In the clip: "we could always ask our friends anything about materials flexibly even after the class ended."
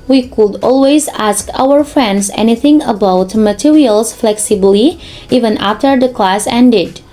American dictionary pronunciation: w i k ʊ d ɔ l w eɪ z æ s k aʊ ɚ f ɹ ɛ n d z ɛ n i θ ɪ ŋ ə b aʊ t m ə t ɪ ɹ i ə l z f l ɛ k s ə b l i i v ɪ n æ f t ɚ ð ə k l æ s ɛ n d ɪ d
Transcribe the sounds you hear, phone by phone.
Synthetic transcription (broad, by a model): w i k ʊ d ɔ l w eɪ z æ s k aʊ ɚ f ɹ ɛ n d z ɛ n i θ ɪ ŋ ə b aʊ t m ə t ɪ ɹ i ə l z f l ɛ k s ə b l i i v ɪ n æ f t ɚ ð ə k l æ s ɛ n d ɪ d